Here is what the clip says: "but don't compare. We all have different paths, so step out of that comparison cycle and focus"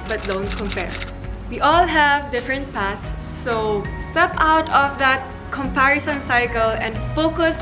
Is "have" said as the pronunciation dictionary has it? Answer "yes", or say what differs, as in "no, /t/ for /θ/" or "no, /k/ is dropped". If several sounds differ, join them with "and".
yes